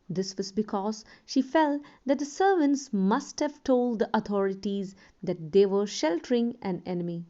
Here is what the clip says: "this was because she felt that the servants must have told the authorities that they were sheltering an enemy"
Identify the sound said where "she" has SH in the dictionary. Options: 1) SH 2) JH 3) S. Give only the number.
1